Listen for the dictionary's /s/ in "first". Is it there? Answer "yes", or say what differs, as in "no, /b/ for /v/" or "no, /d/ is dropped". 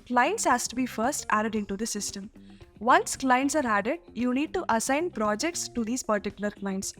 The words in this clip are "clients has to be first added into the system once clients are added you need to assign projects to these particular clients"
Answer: yes